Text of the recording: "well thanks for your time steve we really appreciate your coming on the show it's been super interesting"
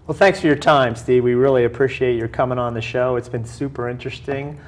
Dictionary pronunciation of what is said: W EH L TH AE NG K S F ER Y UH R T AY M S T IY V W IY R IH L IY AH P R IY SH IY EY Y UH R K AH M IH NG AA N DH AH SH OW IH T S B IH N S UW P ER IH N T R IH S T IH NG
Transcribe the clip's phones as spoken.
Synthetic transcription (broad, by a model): W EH L TH AE NG K S F ER Y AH R T AY M S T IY W IY R IH L IY AH P R IY SH IY EY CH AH R K AH M IH NG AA N DH AH SH OW IH T S B IH N S UW P ER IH N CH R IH S T IH NG